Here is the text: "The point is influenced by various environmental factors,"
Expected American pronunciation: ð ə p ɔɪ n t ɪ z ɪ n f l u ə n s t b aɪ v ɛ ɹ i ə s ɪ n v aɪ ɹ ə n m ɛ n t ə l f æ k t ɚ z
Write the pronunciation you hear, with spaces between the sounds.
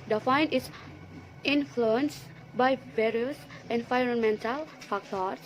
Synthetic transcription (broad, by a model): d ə f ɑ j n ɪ s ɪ n f l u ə n s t b aɪ v ɛ ɹ i ə s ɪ n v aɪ ɹ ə n m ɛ n t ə l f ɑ k t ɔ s